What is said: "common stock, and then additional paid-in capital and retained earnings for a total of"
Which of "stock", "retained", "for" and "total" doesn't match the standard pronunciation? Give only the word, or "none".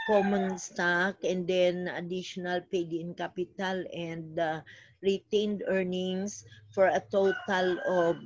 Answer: none